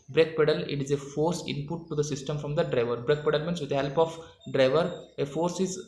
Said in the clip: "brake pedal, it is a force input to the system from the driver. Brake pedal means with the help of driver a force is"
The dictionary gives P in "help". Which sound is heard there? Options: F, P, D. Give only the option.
P